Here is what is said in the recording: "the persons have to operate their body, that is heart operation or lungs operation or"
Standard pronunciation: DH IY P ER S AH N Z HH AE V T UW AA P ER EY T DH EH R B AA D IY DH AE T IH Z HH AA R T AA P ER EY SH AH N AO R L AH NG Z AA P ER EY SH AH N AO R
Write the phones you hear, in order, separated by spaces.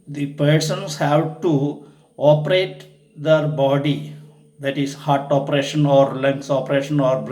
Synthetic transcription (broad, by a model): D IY P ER S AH N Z HH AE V T UW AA P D EY T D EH R B AA D IY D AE T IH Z HH AA R T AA P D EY SH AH N AO R L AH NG S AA P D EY SH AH N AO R